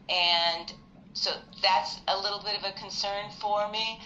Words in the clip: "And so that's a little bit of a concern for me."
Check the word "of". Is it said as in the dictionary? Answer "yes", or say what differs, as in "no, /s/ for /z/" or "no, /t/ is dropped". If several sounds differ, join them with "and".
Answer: yes